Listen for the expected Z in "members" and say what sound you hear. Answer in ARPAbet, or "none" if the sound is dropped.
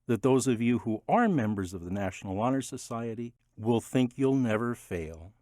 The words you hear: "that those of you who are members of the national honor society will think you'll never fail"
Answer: Z